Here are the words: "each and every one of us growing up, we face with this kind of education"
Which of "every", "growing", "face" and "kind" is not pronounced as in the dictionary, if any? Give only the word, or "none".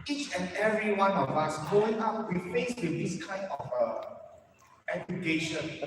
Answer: growing